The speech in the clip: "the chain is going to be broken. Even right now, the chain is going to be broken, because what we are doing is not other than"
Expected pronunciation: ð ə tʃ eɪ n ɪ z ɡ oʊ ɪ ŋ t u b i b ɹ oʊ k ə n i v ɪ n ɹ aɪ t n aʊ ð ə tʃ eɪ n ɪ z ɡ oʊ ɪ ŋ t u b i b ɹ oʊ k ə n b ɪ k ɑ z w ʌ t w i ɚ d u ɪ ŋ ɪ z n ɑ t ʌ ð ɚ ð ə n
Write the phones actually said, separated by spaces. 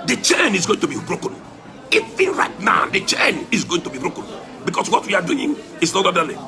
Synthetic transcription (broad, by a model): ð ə tʃ eɪ n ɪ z ɡ oʊ ɪ ŋ t u b i b ɹ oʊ k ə n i f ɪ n ɹ aɪ t n aʊ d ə tʃ eɪ n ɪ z ɡ oʊ ɪ ŋ t u b i b ɹ oʊ k ə n b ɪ k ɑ s w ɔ t w i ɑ d u ɪ ŋ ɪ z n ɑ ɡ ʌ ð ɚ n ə